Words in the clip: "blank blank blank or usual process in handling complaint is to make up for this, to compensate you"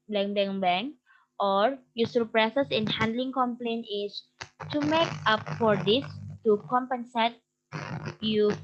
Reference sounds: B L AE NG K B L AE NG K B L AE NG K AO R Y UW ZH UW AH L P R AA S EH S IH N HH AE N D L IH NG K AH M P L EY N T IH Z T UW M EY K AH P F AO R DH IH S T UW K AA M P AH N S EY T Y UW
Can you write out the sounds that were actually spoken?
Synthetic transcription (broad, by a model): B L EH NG B EH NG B EH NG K AO R Y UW S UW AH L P R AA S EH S IH N HH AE N D L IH NG K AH M P L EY N IH S T UW M EY K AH P F AO R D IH S T UW K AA M P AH N S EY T Y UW